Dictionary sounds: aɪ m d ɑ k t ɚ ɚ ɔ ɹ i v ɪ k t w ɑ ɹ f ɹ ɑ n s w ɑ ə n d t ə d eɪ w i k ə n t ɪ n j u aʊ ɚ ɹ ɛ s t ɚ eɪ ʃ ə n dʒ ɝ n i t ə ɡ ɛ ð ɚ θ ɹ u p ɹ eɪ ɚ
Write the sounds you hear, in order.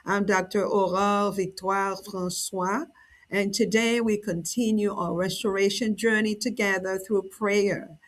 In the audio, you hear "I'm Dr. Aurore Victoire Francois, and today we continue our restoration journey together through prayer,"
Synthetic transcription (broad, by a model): aɪ m d ɑ k t ɚ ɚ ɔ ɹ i v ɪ k t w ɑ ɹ f ɹ ɑ n s w ɑ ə n t ə d eɪ w i k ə n t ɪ n j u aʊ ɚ ɹ ɛ s t ɚ eɪ ʃ ə n dʒ ɝ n i t ə ɡ ɛ ð ɚ θ ɹ u p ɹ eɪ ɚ